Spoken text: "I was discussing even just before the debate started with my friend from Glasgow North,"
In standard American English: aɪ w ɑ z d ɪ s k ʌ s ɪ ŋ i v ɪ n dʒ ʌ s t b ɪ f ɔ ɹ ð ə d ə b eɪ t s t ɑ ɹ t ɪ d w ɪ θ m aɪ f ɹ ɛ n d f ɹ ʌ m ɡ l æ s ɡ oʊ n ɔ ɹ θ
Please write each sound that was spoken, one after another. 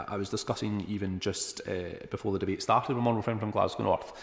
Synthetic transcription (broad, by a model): aɪ w ɑ z d ɪ s k ʌ s ɪ ŋ i v ɪ n dʒ ʌ s t b ɪ f ɔ ɹ ð ə d ə b eɪ t s t ɑ ɹ t ɪ d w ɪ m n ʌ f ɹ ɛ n f ɹ ʌ m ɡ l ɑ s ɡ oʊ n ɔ ɹ θ